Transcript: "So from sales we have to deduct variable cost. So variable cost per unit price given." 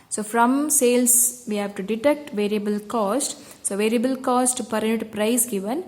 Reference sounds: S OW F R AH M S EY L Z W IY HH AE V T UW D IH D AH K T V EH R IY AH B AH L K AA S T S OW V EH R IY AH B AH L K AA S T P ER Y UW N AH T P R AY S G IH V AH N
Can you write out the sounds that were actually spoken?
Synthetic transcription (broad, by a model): S OW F R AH M S EY L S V IY HH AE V T UW D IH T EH K T V EH R IY AH B AH L K AA S T S OW V EH R IY AH B AH L K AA S T P ER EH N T P R AY S G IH V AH N